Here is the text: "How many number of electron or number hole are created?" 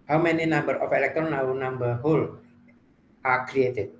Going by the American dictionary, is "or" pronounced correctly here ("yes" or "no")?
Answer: no